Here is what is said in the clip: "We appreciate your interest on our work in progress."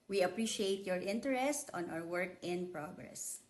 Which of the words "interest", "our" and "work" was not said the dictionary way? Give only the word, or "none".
our